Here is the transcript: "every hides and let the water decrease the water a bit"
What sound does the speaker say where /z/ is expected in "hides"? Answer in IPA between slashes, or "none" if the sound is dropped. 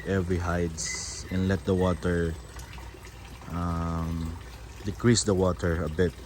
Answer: /s/